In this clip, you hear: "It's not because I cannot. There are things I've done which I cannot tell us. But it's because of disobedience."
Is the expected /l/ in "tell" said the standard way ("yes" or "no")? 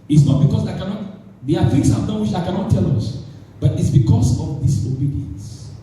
yes